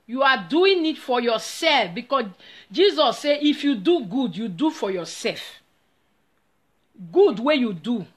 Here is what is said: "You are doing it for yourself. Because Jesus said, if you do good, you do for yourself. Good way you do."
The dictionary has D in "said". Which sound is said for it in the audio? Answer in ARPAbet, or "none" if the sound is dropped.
none